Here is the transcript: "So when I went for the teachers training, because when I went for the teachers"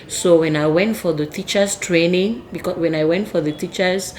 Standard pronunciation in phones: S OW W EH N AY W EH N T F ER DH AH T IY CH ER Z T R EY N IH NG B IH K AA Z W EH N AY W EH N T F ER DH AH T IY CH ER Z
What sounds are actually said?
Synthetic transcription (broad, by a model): S OW W EH N AY W EH N T F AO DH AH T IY CH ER S T R EY N IH NG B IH K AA W EH N AY W EH N T F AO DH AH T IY CH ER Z